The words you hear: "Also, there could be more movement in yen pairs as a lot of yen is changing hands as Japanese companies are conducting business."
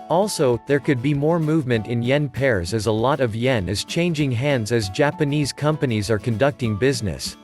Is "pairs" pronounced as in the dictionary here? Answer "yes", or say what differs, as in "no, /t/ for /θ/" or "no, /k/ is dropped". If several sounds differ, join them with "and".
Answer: yes